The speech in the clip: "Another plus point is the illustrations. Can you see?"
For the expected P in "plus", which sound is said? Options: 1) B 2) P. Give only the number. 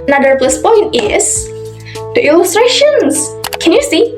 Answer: 1